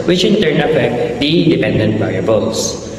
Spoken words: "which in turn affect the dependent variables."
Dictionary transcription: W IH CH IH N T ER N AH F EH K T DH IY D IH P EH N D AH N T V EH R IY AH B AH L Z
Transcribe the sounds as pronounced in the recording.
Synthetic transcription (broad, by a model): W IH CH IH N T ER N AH P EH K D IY D IH P EH N D AH N T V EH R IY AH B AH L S